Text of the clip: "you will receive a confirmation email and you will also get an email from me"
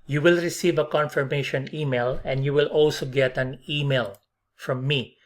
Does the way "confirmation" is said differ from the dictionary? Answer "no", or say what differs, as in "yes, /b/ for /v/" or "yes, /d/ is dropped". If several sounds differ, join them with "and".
no